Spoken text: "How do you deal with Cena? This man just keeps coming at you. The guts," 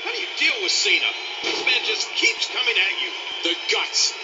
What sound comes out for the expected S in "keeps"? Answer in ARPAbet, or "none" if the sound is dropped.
S